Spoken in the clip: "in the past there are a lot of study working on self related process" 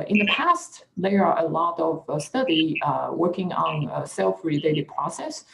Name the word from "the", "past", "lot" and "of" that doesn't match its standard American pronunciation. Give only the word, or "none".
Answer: none